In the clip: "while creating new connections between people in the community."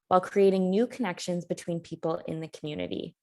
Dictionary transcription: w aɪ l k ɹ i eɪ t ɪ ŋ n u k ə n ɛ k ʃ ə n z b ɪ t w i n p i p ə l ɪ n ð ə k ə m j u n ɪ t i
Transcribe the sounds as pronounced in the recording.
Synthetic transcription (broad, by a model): w aɪ l k ɹ i eɪ t ɪ ŋ n u k ə n ɛ k ʃ ə n z b ɪ t w i n p i p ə l ɪ n ð ə k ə m j u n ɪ t i